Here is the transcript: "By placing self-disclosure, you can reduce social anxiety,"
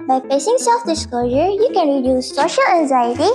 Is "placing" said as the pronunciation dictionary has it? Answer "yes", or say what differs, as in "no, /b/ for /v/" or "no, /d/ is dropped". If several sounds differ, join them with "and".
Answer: no, /l/ is dropped